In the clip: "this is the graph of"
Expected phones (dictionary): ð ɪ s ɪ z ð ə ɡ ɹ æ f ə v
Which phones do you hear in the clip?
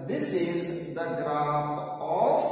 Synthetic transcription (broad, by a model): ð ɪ s ɪ z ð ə ɡ ɹ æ p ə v